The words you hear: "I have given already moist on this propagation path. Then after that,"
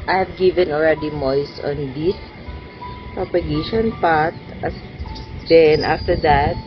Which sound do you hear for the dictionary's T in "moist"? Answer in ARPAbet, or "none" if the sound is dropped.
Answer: none